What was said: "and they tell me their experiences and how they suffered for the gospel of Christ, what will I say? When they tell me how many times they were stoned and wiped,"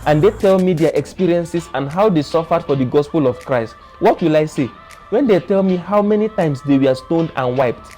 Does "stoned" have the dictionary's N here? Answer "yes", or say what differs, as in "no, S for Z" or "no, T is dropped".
yes